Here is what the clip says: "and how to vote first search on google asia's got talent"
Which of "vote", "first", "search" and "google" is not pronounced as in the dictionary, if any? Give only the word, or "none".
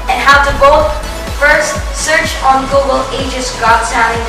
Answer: vote